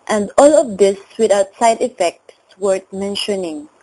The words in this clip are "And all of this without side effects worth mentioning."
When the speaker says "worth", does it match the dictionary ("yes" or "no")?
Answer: no